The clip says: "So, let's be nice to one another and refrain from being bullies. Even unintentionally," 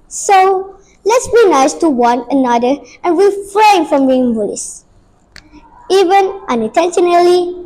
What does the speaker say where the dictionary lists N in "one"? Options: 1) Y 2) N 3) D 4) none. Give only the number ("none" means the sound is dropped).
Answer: 2